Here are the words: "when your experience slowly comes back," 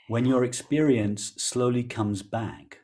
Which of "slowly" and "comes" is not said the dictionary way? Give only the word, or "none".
none